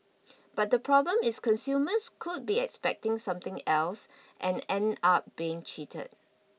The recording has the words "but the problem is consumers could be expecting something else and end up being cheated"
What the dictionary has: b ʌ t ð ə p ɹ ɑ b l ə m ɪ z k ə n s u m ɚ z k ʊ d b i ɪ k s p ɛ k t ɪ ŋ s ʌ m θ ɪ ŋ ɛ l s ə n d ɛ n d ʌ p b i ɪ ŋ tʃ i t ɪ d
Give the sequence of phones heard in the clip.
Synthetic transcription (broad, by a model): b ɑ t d ə p ɹ ɑ b l ə m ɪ s k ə n s u m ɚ s k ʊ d b i ɪ k s p ɛ k t ɪ ŋ s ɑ m t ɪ ŋ ɛ l s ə n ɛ n ɑ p b i ɪ ŋ tʃ i t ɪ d